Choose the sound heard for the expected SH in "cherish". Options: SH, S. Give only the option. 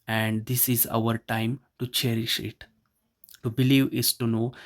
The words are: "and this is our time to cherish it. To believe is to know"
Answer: SH